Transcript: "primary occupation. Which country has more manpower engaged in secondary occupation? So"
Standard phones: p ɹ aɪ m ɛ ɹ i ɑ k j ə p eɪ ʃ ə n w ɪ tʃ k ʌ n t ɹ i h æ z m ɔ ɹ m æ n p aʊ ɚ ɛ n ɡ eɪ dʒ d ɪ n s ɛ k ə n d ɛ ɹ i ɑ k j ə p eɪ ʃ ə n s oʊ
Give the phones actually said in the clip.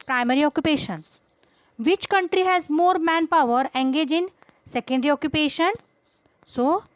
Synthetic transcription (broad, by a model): p ɹ aɪ m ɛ ɹ i ɑ k j ə p eɪ ʃ ə n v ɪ tʃ k ʌ n t ɹ i h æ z m ɔ ɹ m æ n p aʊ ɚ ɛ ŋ ɡ eɪ dʒ ɪ n s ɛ k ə n d ɹ i ɑ k j ə p eɪ ʃ ə n s oʊ